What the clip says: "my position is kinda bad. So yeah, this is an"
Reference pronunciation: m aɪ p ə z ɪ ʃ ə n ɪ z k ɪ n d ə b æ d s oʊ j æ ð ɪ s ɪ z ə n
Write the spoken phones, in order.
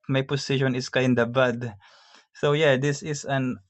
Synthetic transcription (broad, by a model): m aɪ p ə s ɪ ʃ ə n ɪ s k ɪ n d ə b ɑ d s oʊ j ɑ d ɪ s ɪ s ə n